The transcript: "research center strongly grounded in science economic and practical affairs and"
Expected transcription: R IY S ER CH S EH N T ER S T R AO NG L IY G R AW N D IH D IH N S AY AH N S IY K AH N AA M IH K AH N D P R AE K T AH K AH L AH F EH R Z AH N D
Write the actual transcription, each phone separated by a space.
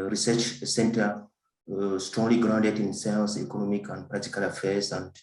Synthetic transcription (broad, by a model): R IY S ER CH S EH N T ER S T R AO NG L IY G R AW N D IH D IH N S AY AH L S IY K AH N AA M IH K AH N D P R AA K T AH K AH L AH F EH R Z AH N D